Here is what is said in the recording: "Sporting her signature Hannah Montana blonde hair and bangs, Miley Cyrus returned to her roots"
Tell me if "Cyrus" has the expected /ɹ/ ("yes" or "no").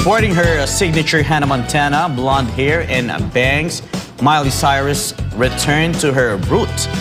yes